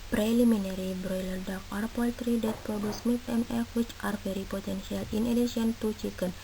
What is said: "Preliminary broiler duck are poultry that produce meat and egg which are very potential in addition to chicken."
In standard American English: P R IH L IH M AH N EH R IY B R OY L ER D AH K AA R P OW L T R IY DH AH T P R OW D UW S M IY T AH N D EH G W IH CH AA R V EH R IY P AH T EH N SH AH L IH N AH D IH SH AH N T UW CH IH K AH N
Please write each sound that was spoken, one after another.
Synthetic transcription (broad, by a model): P R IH L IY M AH N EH R IY B R OY L ER D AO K AA R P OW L T R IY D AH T P R OW D UW S M IY T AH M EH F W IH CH AA R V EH R IY P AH T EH N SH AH L IH N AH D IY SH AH N T UW CH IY K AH N